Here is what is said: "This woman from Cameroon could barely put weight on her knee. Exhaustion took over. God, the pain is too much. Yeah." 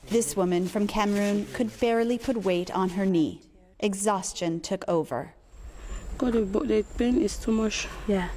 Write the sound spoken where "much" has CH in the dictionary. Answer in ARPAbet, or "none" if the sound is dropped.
SH